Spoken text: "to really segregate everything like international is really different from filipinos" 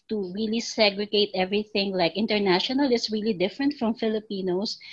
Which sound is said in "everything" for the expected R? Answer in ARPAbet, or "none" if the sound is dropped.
R